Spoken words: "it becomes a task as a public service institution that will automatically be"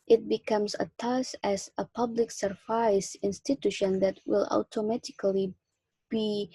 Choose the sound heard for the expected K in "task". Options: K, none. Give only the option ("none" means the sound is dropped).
none